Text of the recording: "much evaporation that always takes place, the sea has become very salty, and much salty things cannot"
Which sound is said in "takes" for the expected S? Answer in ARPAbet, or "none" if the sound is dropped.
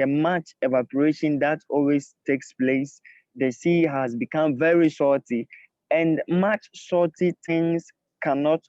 S